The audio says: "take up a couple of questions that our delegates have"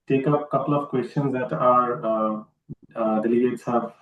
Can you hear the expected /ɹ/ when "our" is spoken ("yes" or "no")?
yes